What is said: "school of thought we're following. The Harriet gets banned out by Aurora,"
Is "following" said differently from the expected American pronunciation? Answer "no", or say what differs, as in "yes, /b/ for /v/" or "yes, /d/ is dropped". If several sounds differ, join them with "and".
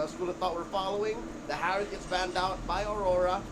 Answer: no